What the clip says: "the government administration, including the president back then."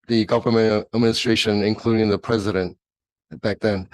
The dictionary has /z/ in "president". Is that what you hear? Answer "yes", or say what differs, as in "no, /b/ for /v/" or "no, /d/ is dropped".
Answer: yes